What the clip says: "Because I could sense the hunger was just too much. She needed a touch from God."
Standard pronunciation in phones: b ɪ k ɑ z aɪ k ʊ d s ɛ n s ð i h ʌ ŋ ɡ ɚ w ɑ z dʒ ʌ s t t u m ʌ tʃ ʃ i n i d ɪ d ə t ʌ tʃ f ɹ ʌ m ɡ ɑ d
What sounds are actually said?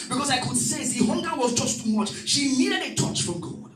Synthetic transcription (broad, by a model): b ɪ k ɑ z aɪ k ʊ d s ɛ s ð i h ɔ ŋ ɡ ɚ w ɑ z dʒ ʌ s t t u m ʌ tʃ ʃ i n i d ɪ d ə t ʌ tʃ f ɹ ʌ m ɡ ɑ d